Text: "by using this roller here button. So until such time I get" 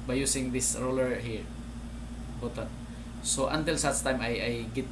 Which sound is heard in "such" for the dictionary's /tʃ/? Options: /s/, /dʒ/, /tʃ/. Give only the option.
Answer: /s/